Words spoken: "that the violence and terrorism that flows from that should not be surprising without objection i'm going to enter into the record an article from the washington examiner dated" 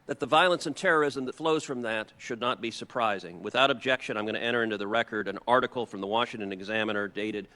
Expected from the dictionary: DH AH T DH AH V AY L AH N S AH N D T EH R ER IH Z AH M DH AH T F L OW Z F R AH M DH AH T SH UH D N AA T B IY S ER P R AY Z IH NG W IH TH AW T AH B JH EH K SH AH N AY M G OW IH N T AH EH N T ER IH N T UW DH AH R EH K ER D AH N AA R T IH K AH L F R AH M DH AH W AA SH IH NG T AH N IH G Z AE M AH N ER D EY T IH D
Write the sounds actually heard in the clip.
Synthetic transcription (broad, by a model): DH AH T DH AH V AY L AH N S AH N T EH R ER IH Z AH M DH AH T F L OW Z F R AH M DH AH T SH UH D N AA T B IY S ER P R AY Z IH NG W IH TH AW T AH B JH EH K SH AH N AY M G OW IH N T EH T ER IH N T UW DH AH R EH K ER D AH N AA R T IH K L F R AH M DH AH W AA SH IH NG T AH N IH G Z AE M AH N ER D EY T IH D